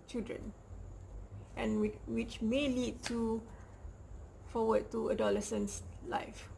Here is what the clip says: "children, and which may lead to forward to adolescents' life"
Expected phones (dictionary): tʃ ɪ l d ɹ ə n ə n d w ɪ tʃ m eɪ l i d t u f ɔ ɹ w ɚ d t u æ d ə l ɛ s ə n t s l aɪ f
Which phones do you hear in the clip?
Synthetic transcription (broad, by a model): tʃ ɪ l d ɹ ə n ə n w ɪ tʃ m eɪ l i d t u f ɔ w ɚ d t u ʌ d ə l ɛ s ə n s l aɪ f